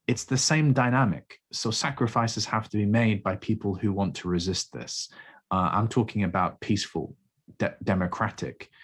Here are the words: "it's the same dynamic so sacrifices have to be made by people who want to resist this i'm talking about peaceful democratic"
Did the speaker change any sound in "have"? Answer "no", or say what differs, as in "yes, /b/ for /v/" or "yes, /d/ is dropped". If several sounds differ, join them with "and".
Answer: yes, /f/ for /v/